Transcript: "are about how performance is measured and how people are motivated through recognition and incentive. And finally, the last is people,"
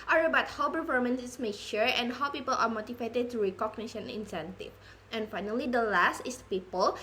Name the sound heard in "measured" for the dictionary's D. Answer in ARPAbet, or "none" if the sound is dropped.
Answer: none